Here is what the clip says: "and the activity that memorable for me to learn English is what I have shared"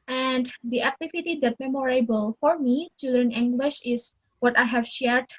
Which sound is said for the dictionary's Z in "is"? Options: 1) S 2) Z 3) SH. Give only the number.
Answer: 1